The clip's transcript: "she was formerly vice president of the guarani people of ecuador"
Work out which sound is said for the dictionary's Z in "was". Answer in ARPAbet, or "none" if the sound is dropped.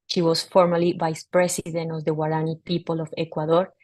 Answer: S